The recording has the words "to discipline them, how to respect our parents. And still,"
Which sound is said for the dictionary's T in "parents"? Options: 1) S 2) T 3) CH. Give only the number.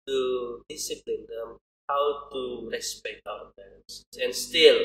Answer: 1